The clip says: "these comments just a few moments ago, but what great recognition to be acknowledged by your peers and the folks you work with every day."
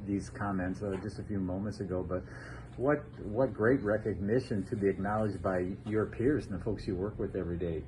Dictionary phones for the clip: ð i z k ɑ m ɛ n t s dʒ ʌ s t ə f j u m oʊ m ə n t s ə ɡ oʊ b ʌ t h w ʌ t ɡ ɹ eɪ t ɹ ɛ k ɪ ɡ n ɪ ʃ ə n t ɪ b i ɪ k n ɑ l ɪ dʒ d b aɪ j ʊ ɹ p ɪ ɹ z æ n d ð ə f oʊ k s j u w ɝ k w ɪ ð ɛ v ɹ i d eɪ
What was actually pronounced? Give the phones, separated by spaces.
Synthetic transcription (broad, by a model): ð i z k ɑ m ɛ n t s dʒ ʌ s t ə f j u m oʊ m ə n t s ə ɡ oʊ b ʌ t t w ʌ t ɡ ɹ eɪ t ɹ ɛ k ɪ ɡ n ɪ ʃ ə n t ɪ b i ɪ k n ɑ l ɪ dʒ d b aɪ j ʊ ɹ p ɪ ɹ z n ð ə f oʊ k s j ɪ w ɝ k w ɪ ð ɛ v ɹ i d eɪ